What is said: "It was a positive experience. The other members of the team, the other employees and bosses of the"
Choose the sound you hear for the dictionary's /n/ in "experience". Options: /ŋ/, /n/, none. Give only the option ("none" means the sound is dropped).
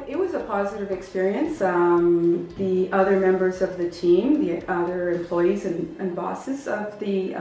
/n/